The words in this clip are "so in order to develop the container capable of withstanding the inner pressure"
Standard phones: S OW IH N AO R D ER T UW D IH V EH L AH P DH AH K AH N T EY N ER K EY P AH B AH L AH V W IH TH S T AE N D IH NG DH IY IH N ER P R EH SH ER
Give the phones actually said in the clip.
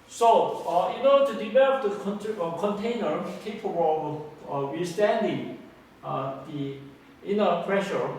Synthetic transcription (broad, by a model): S OW IH N AO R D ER T UW D IH V EH L AH P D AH K AH N T EY N ER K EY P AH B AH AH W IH S T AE N D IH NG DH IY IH N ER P R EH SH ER